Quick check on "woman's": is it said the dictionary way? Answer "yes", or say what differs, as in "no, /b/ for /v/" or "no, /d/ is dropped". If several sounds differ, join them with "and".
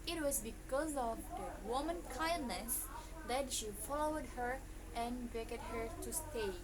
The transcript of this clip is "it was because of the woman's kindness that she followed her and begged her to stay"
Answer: no, /z/ is dropped